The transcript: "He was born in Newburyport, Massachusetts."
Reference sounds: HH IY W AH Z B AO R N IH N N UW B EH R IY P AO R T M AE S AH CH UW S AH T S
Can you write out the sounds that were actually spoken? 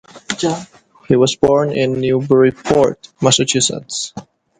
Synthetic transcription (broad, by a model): HH IY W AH S B AO R N IH N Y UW B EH R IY P AO R T M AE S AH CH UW S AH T S